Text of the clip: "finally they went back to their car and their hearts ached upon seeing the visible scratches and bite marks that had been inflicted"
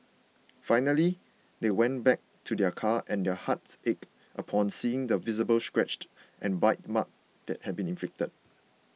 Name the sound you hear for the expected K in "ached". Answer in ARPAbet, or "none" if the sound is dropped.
K